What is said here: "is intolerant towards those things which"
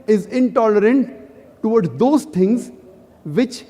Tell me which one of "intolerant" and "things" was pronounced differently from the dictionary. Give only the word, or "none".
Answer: things